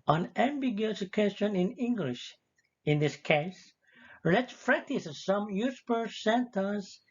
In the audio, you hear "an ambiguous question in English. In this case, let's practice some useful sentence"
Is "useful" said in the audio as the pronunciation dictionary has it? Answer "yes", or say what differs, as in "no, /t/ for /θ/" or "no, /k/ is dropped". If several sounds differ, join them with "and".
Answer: no, /p/ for /f/